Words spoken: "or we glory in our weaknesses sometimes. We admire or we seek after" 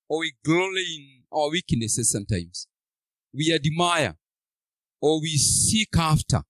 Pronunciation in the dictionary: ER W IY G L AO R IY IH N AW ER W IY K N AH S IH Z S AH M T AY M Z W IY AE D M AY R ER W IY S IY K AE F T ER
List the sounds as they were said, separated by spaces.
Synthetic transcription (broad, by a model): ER W IY G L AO L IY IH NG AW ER W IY K N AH S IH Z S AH M T AY M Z W IY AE D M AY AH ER W IY S IY K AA F T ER